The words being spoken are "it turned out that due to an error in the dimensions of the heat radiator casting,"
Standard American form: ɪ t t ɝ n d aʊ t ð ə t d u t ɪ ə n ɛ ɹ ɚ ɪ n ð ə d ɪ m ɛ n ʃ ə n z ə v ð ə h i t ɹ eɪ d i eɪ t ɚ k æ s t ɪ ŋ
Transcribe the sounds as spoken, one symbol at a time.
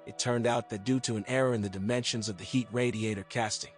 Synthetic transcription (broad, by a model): ɪ t t ɝ n d aʊ t ð ə t d u t ɪ ə n ɛ ɹ ɚ ɪ n ð ə d ɪ m ɛ n ʃ ə n z ə v ð ə h i t ɹ eɪ d i eɪ t ɚ k æ s t ɪ ŋ